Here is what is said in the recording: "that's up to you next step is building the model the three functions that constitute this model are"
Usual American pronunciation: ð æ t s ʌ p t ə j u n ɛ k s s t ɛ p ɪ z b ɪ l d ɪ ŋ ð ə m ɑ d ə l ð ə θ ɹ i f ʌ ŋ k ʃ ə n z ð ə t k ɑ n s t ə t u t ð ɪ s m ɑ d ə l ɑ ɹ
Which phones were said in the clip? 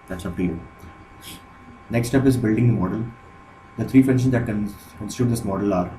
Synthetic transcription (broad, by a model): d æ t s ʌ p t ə n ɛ k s s t ɛ p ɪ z b ɪ l d ɪ ŋ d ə m ɑ d ə l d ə t ɹ i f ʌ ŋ ʃ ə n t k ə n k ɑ n s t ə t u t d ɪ s m ɑ d ə l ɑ ɹ